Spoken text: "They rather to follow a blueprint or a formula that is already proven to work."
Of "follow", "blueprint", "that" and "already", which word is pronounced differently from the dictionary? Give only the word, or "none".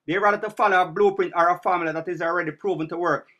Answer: none